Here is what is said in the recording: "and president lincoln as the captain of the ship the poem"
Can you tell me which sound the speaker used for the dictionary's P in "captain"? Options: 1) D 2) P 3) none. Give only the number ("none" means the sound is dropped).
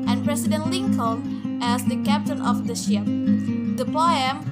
2